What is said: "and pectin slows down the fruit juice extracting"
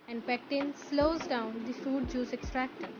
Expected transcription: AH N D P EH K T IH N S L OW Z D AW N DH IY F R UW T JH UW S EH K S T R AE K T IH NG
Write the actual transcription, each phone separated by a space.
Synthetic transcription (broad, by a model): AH N D P EH K T IH N S L OW Z D AW N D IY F UW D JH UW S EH K S T R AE K T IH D